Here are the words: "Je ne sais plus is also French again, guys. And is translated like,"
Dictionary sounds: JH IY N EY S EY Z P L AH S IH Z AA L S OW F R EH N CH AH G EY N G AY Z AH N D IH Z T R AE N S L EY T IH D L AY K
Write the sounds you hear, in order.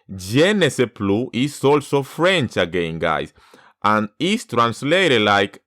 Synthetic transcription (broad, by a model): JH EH N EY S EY P L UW IH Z AA L S OW F R EH N CH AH G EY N G AY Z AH N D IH S T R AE N S L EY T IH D L AY K